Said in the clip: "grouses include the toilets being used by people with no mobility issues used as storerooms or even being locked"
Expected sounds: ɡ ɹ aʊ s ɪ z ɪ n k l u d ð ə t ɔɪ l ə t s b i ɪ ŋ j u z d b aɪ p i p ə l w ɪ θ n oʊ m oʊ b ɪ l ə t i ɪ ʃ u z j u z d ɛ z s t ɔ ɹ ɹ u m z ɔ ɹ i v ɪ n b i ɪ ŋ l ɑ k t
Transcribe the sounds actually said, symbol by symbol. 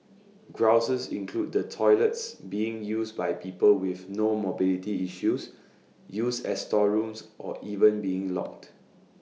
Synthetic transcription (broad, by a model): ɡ ɹ aʊ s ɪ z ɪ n k l u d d ə t ɔɪ l ə t s b i ɪ ŋ j u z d b aɪ p i p ə l w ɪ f n oʊ m oʊ b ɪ l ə t i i ʃ u s j u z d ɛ s t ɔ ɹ ɹ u m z ɔ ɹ i v ɪ n b i ɪ ŋ l ɑ k t